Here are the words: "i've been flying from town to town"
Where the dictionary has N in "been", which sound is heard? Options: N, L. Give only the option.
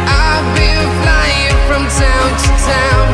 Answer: L